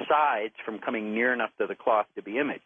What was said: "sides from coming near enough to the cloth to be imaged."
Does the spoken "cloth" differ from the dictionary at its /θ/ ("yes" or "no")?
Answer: no